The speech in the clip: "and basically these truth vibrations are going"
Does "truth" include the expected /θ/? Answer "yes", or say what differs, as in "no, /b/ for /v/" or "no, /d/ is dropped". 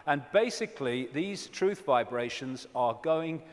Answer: yes